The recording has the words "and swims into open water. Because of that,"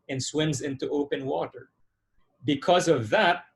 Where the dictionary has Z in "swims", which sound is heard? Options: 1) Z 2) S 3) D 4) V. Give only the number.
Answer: 1